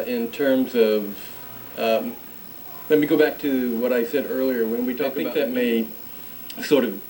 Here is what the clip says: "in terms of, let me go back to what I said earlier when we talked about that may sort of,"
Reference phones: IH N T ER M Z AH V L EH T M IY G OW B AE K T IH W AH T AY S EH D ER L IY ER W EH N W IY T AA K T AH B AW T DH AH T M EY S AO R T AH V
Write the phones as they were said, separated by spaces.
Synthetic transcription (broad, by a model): IH N T ER M Z AH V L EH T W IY G OW B AE K T IH W AH T AY S EH D ER L IY ER W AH N W IY T AA K AH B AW DH AH T M EY S AO R T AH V